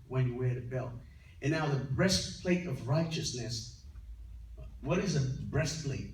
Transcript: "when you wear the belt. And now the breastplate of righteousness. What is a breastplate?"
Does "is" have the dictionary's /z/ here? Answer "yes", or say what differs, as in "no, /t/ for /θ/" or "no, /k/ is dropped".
yes